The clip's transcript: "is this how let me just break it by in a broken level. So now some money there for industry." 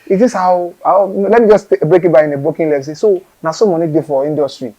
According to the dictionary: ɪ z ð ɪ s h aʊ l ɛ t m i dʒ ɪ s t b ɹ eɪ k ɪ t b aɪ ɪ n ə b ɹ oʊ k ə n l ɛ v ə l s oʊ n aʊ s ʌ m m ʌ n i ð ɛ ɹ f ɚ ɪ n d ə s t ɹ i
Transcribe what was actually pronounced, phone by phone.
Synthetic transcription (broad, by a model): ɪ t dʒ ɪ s h aʊ l ɛ t m i dʒ ɪ s t b ɹ eɪ k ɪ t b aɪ ɪ n ə b oʊ k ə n l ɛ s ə s oʊ n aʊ s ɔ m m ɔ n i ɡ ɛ f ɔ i n d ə s t ɹ i